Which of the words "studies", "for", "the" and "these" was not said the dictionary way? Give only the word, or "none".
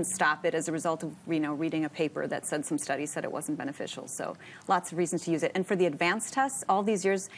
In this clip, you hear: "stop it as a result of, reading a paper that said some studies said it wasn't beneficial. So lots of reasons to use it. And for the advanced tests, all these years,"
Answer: none